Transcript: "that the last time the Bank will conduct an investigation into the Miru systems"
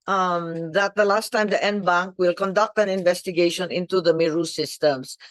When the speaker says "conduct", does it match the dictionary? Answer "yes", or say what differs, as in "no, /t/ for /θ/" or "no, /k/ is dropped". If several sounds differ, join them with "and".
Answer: yes